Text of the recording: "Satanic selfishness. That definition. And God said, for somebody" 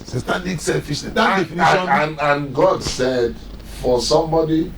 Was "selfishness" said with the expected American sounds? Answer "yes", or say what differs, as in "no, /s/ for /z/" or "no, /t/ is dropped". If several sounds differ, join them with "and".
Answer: no, /n/ is dropped